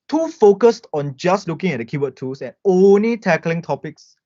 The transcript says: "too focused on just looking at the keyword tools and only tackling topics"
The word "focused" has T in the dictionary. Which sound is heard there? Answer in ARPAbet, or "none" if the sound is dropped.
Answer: T